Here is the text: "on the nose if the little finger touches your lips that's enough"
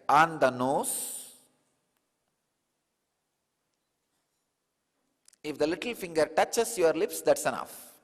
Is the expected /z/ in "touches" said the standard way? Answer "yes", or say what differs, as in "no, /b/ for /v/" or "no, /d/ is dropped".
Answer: no, /s/ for /z/